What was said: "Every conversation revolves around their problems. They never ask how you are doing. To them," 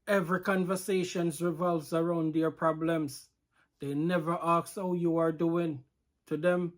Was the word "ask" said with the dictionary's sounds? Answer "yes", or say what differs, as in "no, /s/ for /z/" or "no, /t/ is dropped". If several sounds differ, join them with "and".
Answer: no, /s/ is dropped